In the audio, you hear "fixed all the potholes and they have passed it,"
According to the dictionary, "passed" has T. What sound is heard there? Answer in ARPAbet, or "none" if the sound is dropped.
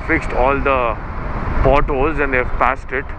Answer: T